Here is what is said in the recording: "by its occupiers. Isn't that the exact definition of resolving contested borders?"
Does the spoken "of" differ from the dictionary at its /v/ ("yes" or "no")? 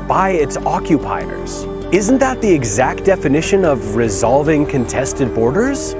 no